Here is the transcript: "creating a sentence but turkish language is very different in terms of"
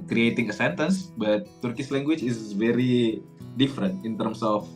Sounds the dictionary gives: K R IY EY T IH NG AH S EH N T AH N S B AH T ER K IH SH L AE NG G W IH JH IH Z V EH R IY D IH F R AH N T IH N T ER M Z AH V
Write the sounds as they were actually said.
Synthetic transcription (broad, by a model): K R IY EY T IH NG AH S EH N T AH N S B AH T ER K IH S L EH NG G W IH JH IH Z V EH R IY D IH F R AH N T IH N T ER M S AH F